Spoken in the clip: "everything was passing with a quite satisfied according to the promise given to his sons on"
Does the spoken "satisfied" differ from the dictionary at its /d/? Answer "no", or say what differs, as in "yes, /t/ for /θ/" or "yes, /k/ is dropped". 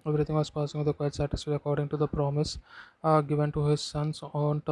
yes, /d/ is dropped